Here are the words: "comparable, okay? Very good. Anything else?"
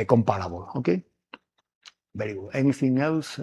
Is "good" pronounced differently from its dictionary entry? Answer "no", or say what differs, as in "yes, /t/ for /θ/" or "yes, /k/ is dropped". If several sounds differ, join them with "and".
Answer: yes, /d/ is dropped